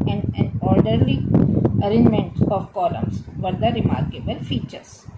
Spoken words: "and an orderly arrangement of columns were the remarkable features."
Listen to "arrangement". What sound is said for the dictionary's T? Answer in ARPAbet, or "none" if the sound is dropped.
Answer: T